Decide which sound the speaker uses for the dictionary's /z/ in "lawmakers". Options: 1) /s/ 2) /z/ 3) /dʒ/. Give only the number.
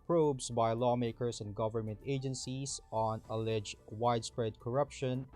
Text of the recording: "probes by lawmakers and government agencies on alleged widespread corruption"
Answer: 1